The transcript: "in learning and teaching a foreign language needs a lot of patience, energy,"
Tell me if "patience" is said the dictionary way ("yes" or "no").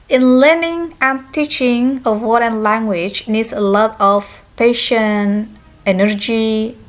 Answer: no